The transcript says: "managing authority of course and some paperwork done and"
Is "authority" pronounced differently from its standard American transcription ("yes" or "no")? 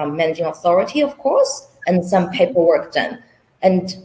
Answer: no